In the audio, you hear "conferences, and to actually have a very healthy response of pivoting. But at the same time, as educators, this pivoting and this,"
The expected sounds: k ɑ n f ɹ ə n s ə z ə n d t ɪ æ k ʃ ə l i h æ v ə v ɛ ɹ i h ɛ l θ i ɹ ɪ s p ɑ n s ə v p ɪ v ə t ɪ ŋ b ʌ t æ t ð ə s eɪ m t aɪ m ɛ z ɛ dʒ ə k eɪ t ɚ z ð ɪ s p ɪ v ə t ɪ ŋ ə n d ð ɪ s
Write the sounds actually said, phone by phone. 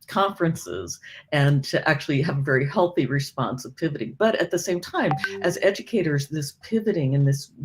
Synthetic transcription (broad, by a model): k ɑ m f ɹ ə n s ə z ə n t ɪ æ k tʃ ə l i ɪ v ə v ɛ ɹ i h ɛ l θ i ɹ ɪ s p ɑ n s ə v p ɪ v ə t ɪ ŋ b ʌ t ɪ t ð ə s eɪ m t aɪ m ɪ z ɛ dʒ ə k eɪ t ɚ z ð ɪ s p ɪ v ə t ɪ ŋ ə n ð ɪ s